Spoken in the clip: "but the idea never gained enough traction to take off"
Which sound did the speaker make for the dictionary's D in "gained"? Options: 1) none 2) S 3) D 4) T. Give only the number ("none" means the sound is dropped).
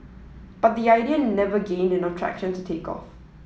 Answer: 3